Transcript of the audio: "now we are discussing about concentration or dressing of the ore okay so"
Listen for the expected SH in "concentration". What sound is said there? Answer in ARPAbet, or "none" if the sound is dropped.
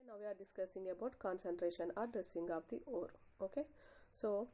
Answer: SH